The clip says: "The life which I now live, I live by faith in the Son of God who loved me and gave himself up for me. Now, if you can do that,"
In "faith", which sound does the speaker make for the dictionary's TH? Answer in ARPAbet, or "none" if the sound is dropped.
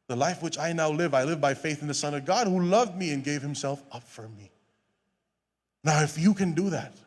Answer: TH